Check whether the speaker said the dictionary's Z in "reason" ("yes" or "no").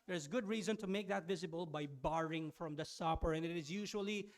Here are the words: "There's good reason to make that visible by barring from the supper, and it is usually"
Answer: yes